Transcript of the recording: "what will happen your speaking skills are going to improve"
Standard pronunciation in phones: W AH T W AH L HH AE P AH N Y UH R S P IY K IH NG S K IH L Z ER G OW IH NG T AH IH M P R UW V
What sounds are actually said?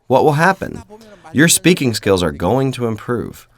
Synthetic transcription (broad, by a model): W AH T W AH L HH AE P AH N Y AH R S P IY K IH NG S K IH L Z ER G OW IH NG T AH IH M P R UW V